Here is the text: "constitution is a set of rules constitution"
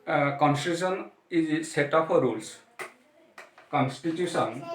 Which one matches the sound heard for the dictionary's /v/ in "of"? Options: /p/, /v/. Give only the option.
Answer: /p/